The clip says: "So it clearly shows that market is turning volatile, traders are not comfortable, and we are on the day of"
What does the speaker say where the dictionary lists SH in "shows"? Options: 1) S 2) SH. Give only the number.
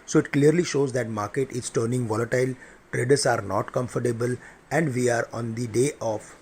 2